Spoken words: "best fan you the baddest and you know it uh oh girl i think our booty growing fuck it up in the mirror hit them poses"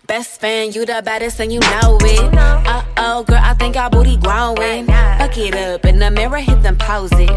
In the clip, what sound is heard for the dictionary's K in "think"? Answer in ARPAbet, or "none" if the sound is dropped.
K